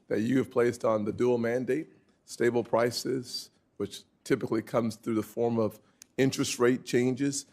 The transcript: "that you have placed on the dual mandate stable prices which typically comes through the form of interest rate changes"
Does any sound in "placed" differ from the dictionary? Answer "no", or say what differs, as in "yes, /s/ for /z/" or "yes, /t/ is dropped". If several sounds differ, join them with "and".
no